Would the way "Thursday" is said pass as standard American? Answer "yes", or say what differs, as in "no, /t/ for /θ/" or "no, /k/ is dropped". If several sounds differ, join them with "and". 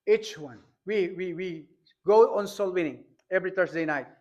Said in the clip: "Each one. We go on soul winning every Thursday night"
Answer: no, /t/ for /θ/